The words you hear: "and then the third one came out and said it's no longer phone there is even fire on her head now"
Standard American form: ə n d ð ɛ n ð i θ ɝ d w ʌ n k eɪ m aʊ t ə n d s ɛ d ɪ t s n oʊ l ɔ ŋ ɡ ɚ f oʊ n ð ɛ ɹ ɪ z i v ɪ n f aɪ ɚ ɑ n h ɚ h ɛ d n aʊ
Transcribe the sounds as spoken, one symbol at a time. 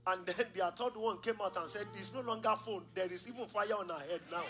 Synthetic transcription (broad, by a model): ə n d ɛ n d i t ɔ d w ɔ n k eɪ m aʊ t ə n s ɛ d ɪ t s n oʊ l ɔ ŋ ɡ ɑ f oʊ n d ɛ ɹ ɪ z i v ɪ n f aɪ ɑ ɑ n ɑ h ɛ d n aʊ